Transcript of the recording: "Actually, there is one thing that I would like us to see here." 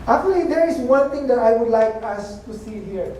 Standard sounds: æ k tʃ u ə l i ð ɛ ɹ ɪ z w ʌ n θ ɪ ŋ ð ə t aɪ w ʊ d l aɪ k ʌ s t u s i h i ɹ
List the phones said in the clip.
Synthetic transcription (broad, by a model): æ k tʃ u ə l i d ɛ ɹ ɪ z w ʌ n t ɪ ŋ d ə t aɪ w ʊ d l aɪ k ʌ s t u s i h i ɹ